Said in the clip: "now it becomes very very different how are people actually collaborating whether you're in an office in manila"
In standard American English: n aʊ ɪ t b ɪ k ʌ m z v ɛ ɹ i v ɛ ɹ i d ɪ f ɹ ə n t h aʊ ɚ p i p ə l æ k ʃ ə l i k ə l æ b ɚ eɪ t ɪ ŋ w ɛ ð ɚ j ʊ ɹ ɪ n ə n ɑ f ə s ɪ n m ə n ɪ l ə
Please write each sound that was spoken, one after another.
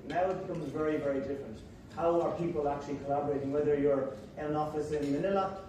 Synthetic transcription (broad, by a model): n aʊ ɪ t b ɪ k ʌ m z v ɛ ɹ i v ɛ ɹ i d ɪ f ɹ ə n t h aʊ ɚ p i p ə l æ k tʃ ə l i k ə l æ b ɚ eɪ t ɪ ŋ w ɛ ð ɚ j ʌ ɹ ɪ ə n ɑ f ə s ɪ n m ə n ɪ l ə